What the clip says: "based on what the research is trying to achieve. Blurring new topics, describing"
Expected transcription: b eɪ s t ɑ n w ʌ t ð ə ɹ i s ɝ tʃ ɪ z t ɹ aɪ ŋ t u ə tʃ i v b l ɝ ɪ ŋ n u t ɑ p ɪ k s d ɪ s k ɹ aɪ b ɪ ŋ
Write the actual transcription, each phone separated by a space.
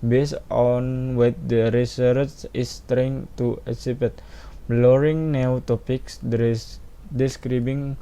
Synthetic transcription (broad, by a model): b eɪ s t ɑ n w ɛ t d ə ɹ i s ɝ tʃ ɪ s t ɹ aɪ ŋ t u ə s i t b l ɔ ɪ ŋ n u t ɑ p ɪ k s d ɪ s k ɹ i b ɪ ŋ